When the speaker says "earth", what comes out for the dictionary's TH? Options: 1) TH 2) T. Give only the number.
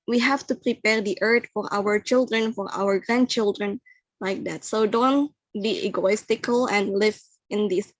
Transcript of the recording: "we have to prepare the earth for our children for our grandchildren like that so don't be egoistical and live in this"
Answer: 2